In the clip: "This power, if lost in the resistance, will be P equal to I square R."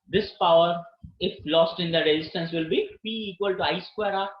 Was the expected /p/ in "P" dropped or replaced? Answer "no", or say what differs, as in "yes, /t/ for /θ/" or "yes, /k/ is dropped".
yes, /b/ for /p/